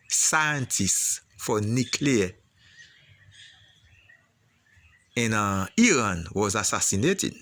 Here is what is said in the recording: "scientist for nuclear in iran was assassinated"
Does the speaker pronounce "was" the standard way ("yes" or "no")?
yes